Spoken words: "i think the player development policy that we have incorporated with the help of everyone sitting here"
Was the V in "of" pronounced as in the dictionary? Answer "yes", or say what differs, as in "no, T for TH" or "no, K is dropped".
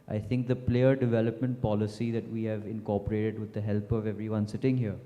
yes